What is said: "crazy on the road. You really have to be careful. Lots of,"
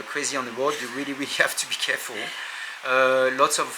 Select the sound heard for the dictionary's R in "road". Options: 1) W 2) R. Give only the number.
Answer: 1